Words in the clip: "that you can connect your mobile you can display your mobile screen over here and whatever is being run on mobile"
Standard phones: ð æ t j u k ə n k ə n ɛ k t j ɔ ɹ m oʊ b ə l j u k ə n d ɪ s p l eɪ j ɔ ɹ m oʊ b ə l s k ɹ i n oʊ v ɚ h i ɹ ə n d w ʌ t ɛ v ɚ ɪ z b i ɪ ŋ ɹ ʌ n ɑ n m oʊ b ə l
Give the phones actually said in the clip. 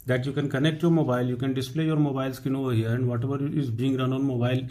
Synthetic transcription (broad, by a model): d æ t j u k ə n k ə n ɛ k t j ɔ ɹ m oʊ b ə l j u k ə n d ɪ s p l eɪ j ɔ ɹ m oʊ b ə l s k i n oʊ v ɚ h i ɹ ə n d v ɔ t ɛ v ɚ ɪ z b i ɪ ŋ ɹ ʌ n ɑ n m oʊ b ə l